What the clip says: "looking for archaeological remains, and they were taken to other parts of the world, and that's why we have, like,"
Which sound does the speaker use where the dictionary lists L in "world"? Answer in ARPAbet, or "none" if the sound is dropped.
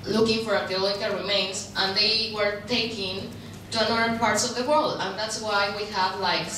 L